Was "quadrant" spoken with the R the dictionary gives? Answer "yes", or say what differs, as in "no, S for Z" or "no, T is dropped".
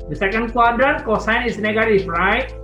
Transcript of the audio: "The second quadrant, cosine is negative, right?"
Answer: no, R is dropped